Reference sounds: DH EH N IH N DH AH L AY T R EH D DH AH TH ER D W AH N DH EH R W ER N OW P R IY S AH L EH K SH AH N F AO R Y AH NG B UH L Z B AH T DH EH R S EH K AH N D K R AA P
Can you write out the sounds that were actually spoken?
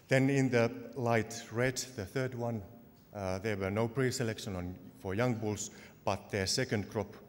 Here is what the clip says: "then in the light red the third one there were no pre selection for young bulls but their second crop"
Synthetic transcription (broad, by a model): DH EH N IH N DH AH L AY T R EH D DH AH TH ER D W AH N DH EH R W ER N OW P R IY S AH L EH K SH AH N F AO R Y AH NG B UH L S B AH T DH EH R S EH K AH N D K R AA P